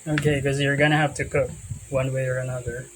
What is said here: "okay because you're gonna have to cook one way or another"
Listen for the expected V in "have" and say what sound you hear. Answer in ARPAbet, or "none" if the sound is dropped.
F